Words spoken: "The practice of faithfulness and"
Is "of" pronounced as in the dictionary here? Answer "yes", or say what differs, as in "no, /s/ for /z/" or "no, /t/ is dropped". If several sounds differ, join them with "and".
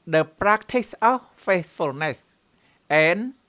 no, /f/ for /v/